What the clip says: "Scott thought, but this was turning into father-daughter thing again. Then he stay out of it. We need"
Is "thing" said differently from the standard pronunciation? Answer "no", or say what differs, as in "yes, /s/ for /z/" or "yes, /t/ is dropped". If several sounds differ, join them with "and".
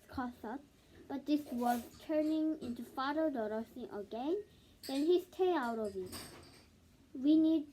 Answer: yes, /s/ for /θ/